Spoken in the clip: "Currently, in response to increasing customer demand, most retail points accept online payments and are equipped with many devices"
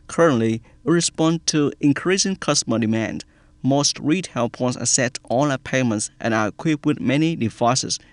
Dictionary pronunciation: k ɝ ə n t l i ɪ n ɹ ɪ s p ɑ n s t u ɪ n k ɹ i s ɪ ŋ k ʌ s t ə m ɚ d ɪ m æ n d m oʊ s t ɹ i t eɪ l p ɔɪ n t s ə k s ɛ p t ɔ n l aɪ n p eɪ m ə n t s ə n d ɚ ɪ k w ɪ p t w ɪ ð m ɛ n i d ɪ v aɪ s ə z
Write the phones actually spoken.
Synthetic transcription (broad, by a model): k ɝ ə n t l i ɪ ɹ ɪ s p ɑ n t u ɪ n k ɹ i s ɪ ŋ k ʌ s t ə m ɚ d ɪ m æ n d m oʊ s t ɹ i t eɪ l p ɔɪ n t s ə s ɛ t ɔ l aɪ p eɪ m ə n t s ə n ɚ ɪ k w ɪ p w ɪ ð m ɛ n i d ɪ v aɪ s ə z